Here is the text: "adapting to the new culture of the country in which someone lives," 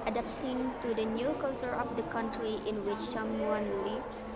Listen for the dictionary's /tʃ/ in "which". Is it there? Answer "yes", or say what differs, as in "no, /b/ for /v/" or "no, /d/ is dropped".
yes